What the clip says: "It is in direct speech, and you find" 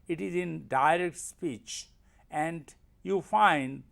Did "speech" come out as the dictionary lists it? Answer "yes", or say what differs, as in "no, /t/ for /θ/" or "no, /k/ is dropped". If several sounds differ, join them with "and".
yes